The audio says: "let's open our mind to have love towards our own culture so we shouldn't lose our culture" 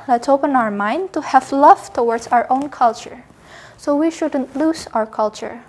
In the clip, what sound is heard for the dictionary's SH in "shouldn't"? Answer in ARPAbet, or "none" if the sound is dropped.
SH